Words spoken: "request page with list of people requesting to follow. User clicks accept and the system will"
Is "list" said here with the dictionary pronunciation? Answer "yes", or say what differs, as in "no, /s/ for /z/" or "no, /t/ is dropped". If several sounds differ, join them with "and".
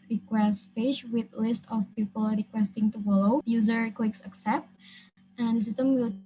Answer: yes